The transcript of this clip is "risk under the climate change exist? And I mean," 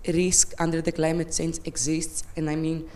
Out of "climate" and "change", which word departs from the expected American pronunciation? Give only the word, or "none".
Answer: change